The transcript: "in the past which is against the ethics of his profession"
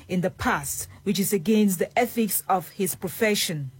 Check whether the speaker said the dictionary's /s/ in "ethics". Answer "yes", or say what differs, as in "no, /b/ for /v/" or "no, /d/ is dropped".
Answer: yes